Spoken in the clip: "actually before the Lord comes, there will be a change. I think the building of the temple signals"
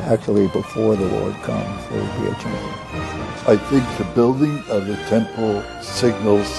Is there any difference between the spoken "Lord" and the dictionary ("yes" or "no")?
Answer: yes